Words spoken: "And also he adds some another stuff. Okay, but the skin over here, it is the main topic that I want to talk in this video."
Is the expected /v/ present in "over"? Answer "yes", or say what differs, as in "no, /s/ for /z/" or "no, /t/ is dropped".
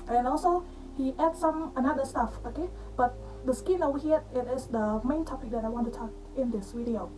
no, /w/ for /v/